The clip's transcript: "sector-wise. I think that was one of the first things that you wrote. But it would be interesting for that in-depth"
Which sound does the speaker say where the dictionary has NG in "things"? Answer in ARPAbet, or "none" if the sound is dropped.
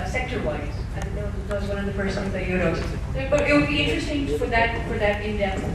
none